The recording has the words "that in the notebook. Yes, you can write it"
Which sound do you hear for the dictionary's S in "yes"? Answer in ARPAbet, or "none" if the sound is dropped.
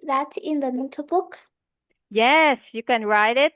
S